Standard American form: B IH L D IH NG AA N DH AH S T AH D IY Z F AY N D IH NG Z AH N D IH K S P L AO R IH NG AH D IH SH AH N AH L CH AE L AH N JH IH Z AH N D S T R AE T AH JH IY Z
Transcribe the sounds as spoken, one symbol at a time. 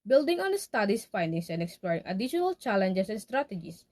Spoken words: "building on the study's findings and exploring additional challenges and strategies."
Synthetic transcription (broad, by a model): B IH L D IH NG AA N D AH S T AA D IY S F AY N D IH NG S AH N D IH K S P L AO R IH NG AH D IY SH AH N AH L CH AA L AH N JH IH S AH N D S T R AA T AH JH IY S